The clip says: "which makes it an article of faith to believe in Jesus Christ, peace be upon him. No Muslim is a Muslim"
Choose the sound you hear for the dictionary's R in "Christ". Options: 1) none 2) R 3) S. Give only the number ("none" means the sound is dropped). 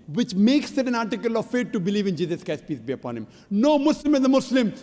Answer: 1